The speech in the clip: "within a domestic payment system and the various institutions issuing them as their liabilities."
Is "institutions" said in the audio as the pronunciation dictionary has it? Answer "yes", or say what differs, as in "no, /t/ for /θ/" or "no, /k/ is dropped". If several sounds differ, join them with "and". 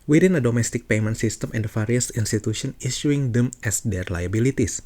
no, /z/ is dropped